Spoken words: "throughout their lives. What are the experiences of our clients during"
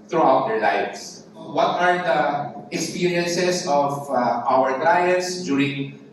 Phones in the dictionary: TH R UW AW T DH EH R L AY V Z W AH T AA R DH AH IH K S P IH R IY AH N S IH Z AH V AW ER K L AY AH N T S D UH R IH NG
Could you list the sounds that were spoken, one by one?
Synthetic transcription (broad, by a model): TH R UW AW T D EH R L AY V S W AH T AA R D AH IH K S P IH R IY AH N S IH S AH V AW ER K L AY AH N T S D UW R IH NG